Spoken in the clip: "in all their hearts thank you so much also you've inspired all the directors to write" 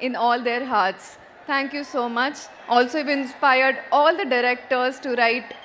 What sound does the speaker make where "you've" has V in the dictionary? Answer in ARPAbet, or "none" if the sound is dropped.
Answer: none